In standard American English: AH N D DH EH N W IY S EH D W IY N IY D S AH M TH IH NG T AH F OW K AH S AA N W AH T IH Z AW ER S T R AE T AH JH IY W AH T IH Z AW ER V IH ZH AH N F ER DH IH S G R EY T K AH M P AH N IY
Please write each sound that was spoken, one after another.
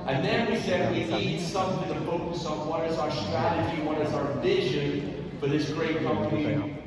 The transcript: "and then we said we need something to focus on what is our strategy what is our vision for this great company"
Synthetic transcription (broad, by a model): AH N DH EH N W IY S EH D W IY N IY D S AH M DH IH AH F OW K AH S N W AH T IH Z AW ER S T R AE T AH JH IY W AH T IH Z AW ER V IH ZH AH N F ER DH IH S G R EY T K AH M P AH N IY